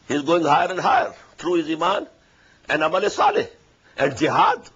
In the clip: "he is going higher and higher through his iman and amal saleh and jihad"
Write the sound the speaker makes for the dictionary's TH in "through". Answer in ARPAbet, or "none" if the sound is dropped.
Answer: T